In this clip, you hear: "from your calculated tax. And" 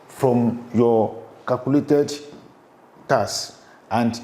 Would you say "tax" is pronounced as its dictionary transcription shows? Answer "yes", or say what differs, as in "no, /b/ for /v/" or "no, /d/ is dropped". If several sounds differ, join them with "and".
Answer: no, /k/ is dropped